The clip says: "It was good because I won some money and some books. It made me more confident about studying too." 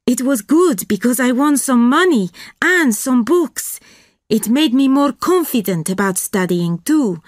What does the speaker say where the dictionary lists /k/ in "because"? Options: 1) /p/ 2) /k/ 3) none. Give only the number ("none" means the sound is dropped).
2